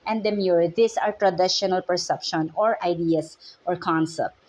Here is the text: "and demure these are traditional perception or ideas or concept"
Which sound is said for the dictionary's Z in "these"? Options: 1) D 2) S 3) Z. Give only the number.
2